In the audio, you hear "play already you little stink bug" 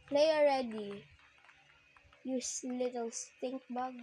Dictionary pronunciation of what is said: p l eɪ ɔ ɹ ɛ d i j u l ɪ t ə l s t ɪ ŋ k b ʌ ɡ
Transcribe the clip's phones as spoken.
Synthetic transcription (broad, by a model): p l eɪ ɔ ɹ ɛ d i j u l ɪ t ə l s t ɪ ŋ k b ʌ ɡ